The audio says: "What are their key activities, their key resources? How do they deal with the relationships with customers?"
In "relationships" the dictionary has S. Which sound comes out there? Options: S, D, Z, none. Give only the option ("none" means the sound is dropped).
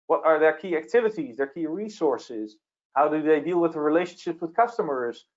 none